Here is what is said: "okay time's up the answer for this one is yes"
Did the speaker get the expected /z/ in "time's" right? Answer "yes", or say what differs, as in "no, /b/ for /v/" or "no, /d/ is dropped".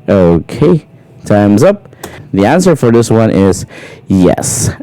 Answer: yes